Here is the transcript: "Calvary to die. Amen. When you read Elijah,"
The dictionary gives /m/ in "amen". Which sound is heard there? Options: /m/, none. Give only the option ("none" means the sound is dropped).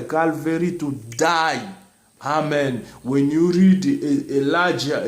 /m/